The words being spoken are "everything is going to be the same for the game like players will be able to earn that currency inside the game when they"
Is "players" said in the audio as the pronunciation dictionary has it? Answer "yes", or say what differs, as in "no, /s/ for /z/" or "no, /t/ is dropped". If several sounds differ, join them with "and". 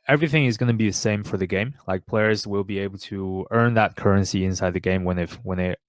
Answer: yes